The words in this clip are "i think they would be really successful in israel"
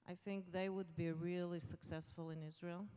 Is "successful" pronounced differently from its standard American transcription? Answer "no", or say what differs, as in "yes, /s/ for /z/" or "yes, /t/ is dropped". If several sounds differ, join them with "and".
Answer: no